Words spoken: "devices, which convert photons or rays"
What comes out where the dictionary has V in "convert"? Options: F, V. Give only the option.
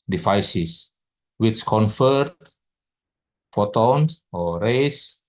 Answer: F